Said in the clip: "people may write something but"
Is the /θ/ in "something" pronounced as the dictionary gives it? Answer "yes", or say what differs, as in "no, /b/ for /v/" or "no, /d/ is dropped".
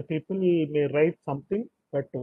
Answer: no, /t/ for /θ/